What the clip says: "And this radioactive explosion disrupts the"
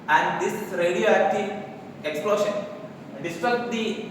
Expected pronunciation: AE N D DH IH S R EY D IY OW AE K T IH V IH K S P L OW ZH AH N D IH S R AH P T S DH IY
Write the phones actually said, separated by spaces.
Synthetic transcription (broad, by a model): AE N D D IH S R EY D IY OW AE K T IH IH K S P L OW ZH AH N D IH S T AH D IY